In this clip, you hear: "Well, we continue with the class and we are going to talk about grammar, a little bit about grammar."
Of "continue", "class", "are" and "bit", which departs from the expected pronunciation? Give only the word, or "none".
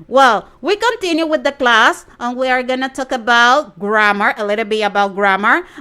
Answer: bit